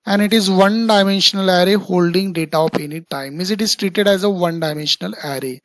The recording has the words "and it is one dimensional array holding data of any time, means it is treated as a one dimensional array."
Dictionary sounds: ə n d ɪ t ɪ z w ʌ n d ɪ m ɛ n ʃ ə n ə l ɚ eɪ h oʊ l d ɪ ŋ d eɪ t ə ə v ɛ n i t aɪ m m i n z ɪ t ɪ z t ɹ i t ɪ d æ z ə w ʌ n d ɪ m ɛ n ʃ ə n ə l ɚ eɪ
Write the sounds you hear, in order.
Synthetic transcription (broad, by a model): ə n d ɪ t ɪ z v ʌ n d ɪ m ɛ n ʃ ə n ə l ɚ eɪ h oʊ l d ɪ ŋ d eɪ t ə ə p ɛ n i t aɪ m m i z ɪ t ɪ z t ɹ i t ɪ d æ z ə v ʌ n d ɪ m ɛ n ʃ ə n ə l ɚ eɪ